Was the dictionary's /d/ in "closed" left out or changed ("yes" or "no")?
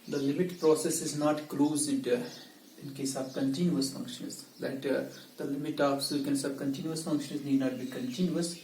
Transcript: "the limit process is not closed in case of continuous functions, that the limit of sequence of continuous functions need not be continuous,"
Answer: no